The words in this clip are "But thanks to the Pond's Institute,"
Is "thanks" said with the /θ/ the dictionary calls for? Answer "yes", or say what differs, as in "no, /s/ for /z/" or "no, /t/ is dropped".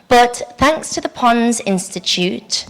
yes